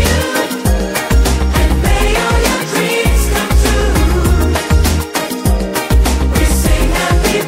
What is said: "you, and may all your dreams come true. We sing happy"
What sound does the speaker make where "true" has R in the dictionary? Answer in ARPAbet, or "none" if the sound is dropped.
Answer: none